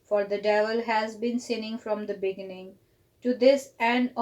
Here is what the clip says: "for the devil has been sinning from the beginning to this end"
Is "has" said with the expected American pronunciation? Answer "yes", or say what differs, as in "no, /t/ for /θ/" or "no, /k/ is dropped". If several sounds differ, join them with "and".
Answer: yes